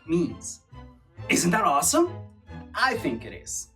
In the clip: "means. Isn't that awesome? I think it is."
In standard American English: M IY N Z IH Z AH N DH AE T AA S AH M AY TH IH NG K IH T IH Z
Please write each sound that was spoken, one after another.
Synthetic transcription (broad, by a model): M IY N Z IH Z AH N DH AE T AA S AH M AY TH IH NG K IH T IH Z